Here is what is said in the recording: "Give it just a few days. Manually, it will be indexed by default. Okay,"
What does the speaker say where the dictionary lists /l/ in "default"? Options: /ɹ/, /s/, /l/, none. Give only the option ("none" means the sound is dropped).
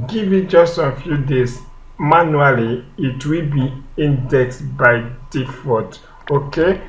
none